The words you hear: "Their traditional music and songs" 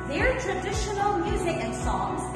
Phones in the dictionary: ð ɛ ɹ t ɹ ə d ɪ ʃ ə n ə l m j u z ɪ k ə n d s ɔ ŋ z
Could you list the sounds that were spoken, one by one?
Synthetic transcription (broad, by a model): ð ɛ ɹ t ɹ ə d ɪ ʃ ə n ə l m j u z ɪ k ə n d s ɔ ŋ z